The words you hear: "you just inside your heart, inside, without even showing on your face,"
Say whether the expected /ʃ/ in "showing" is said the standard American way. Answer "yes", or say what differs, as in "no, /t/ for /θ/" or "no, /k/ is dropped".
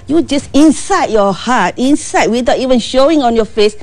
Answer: yes